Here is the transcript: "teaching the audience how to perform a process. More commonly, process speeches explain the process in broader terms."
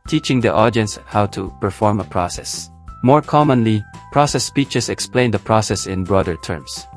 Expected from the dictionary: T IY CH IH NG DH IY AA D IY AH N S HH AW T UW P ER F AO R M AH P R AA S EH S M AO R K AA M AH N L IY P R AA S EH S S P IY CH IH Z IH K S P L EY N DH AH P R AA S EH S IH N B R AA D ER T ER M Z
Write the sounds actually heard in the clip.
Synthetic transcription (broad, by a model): T IY CH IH NG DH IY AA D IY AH N S HH AW T UW P ER F AO R M AH P R AA S EH S M AO R K AA M AH N L IY P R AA S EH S S P IY CH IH S IH K S P L EY N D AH P R AA S EH S IH N B R AA D ER T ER M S